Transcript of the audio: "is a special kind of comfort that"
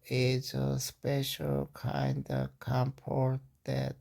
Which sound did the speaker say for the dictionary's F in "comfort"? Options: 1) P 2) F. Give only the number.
1